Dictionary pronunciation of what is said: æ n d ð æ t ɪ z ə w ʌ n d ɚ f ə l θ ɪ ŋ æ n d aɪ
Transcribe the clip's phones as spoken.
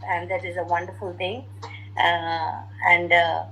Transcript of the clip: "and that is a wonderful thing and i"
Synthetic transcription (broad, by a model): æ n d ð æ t ɪ z ə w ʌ n d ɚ f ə l t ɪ ŋ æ n d